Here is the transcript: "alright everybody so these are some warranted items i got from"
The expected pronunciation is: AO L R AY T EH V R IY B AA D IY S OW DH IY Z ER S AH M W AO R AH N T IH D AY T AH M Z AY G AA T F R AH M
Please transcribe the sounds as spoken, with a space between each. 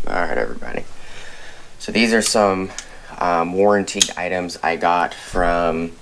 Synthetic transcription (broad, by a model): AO R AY T EH V R IY B AA D IY S OW DH IY Z ER S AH M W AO R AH N T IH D AY T AH M Z AY G AA T F R AH M